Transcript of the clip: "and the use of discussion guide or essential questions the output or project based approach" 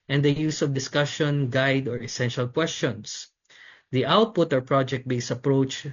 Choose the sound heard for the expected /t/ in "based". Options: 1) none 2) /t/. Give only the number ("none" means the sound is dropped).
1